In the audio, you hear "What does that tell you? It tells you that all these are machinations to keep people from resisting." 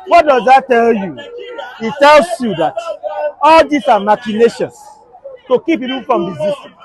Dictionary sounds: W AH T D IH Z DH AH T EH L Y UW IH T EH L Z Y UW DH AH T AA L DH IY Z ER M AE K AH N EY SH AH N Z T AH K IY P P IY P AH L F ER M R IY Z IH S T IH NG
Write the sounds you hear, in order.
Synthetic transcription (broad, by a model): W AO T D IH Z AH T EH L Y UW IH T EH L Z Y UW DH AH T AA L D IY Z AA M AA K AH N EY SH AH N S T AH K IY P P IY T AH N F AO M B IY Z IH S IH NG